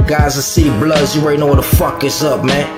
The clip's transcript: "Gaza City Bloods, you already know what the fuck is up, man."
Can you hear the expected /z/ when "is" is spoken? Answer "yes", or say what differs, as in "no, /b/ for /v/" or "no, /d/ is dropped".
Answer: no, /s/ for /z/